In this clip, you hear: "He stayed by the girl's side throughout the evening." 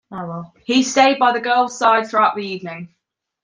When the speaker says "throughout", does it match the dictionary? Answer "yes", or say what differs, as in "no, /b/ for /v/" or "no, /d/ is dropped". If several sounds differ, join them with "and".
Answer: yes